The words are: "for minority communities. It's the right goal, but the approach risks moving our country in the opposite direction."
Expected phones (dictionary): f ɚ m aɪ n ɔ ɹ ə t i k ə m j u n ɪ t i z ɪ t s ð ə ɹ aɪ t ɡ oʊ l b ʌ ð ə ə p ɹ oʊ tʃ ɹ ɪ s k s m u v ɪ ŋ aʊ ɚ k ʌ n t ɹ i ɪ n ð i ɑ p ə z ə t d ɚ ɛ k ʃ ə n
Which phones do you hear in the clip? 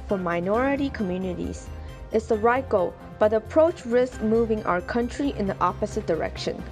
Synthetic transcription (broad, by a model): f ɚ m aɪ n ɔ ɹ ə t i k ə m j u n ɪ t i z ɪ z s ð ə ɹ aɪ t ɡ oʊ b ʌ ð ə ə p ɹ oʊ tʃ ɹ ɪ s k m u v ɪ ŋ aʊ ɚ k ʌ n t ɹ i ɪ n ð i ɑ p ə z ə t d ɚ ɛ k ʃ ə n